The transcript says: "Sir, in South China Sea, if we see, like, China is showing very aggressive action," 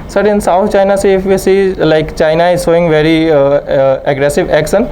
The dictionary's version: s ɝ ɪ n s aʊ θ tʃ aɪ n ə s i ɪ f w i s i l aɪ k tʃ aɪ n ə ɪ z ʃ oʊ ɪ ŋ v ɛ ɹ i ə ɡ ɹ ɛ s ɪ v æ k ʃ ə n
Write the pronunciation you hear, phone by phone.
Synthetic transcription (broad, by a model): s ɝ ɪ n s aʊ t tʃ aɪ n ə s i ɪ f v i s i l aɪ k tʃ aɪ n ə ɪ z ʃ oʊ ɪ ŋ v ɛ ɹ i ə ɡ ɹ ɛ s ɪ v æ k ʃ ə n